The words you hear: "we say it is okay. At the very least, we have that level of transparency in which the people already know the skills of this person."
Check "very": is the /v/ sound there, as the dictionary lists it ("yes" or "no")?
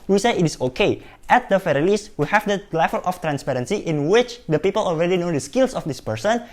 no